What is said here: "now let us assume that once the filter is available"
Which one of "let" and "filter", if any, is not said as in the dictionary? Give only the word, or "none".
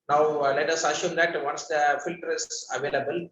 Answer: none